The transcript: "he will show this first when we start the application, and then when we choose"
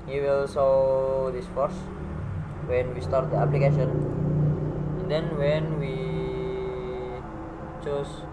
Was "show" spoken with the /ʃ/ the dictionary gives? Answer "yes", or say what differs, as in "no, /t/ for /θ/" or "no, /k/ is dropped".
no, /s/ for /ʃ/